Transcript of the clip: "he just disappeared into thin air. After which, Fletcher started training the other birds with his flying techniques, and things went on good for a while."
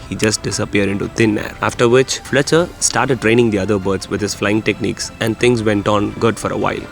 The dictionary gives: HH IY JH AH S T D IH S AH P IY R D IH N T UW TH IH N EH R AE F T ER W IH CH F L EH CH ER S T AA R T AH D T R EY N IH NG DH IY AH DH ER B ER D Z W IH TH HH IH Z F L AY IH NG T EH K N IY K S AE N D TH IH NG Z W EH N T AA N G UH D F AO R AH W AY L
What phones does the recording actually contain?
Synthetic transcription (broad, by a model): HH IY JH AH S T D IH S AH P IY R D IH N T UW T IH N EH R AE F T ER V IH CH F L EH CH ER S T AA R T AH D T R EY N IH NG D IY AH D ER B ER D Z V IH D HH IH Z F L AY IH NG T EH K N IY K S AE N D T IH NG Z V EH N T AA N G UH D F AO R AH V AY L